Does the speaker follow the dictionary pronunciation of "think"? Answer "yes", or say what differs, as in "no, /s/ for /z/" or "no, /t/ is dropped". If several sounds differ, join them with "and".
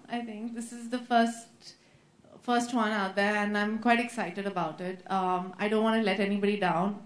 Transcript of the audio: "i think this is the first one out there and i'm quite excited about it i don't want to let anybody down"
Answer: no, /t/ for /θ/